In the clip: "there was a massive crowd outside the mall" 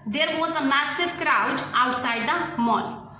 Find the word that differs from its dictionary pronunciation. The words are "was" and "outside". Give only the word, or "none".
was